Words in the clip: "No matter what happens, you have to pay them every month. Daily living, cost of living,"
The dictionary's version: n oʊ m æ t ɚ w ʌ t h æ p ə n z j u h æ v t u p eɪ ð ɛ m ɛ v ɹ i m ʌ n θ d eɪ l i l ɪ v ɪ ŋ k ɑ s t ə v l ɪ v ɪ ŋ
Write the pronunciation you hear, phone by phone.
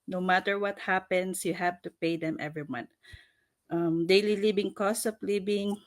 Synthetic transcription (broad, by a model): n oʊ m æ t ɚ w ʌ t h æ p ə n s j u h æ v t u p eɪ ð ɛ m ɛ v ɹ i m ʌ n t d eɪ l i l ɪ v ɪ ŋ k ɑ s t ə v l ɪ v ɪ ŋ